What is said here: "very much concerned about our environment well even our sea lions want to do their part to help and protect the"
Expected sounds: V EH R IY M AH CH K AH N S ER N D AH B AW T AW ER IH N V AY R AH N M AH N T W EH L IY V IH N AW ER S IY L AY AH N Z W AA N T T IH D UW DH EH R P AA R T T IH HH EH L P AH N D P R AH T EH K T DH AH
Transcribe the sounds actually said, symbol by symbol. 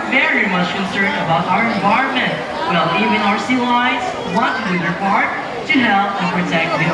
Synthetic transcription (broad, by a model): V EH R IY M AH CH K AH N S ER N D AH B AW T AW ER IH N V AY R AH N M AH N T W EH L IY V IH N AW ER S IY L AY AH Z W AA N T T IH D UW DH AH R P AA R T T IH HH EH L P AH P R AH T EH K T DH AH